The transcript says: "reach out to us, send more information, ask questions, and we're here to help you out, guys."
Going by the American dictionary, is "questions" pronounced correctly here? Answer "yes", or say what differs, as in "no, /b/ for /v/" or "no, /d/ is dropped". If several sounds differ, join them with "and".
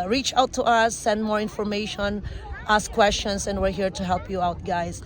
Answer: no, /s/ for /z/